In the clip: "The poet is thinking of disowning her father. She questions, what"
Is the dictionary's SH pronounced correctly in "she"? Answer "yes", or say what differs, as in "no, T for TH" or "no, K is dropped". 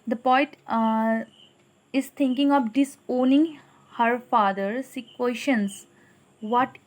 no, S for SH